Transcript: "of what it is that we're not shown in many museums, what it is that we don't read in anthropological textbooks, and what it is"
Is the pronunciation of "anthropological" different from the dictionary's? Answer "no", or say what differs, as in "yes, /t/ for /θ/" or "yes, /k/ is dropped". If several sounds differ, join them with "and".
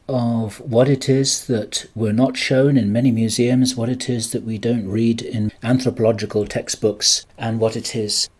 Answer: no